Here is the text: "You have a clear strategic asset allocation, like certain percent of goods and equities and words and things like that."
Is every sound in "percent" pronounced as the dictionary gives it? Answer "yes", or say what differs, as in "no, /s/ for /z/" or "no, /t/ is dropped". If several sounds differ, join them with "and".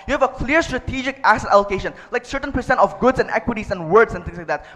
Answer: yes